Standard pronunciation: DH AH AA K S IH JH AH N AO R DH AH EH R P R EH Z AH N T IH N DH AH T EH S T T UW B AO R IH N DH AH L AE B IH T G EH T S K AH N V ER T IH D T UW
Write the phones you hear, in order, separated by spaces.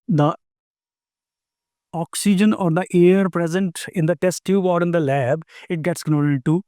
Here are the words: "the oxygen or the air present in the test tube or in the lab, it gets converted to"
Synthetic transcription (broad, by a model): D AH AA K S IH JH AH N AO R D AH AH R P R EH Z AH N T IH N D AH T EH S T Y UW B AO R IH N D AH L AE B IH T G EH T S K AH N AO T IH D T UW